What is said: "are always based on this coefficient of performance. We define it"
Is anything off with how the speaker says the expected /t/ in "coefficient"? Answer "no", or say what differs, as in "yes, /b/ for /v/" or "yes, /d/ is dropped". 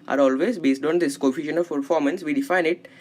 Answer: yes, /t/ is dropped